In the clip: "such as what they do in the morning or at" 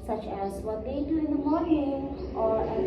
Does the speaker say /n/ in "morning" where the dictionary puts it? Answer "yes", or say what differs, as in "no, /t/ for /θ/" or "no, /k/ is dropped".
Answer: no, /n/ is dropped